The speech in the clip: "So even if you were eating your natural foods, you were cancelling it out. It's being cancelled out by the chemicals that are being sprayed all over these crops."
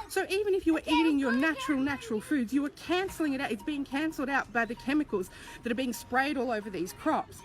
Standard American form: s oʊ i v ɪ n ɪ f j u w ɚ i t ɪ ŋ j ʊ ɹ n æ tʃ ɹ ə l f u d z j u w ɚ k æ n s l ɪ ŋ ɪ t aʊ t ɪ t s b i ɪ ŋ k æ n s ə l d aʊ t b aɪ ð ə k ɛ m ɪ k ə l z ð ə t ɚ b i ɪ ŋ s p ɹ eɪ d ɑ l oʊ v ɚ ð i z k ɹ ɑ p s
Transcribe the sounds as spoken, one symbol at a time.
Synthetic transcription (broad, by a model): s oʊ i v ɪ n ɪ f j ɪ w ɚ i t ɪ ŋ j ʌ ɹ n æ tʃ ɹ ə l f u d z j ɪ w ɚ k æ n s l ɪ ŋ ɪ t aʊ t ɪ t s b i ɪ ŋ k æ n s l d aʊ t b aɪ ð ə k ɛ m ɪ k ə l z ð ə t ɚ b i ɪ ŋ s p ɹ eɪ d ɑ l oʊ v ɚ ð i z k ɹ ɑ p s